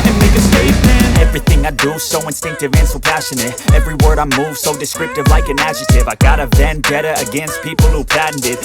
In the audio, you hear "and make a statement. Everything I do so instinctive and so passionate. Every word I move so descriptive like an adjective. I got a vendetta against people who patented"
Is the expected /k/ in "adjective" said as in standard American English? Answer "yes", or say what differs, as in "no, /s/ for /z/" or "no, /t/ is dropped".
no, /k/ is dropped